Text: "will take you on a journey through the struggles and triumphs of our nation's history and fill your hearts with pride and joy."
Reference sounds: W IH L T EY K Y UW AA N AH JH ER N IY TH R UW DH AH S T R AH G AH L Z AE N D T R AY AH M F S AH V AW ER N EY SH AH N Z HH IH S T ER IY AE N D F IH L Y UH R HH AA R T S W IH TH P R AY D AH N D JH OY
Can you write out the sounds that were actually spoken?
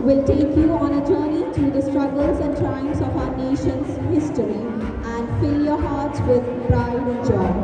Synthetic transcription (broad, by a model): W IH L T EY K Y UW AA N AH JH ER N IY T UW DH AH S T R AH G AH L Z AE N D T AY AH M S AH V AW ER N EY SH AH N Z HH IH S T ER IY AE N D F IH L Y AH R HH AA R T S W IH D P R AY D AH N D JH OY